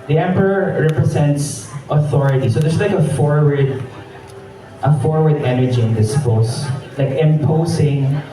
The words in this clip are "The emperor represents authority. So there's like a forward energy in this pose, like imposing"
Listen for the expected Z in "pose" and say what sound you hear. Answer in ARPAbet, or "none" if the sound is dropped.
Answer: S